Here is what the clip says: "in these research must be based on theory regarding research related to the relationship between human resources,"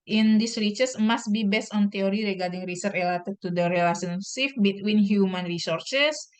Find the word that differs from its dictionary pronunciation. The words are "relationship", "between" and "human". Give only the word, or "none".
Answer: relationship